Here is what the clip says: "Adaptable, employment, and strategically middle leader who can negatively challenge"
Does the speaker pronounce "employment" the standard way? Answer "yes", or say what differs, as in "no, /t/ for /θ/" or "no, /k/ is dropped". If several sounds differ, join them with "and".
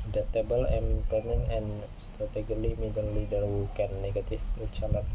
no, /t/ is dropped